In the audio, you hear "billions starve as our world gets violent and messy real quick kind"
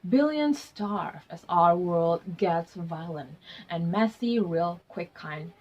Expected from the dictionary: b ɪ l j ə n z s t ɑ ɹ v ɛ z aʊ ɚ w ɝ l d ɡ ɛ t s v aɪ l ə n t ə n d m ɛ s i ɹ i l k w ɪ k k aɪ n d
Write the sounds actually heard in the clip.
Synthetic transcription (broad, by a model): b ɪ l j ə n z s t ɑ ɹ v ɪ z aʊ ɚ w ɝ l d ɡ ɛ t s v aɪ l ə n t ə n m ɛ s i ɹ i l k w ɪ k k aɪ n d